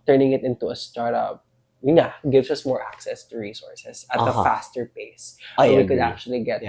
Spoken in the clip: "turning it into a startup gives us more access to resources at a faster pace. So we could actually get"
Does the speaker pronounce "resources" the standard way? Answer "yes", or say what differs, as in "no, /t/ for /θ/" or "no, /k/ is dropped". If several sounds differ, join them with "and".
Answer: no, /s/ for /z/